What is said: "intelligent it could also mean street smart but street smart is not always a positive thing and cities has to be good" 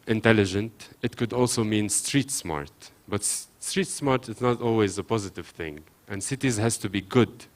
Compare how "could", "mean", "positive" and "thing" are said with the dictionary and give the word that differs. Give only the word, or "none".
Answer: none